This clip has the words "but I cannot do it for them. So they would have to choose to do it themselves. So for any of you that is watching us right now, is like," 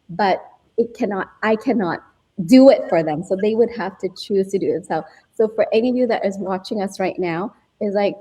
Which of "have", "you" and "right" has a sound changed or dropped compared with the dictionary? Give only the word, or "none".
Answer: have